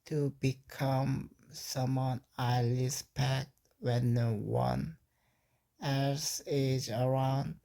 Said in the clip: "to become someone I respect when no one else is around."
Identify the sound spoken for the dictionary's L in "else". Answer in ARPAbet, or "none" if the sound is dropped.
none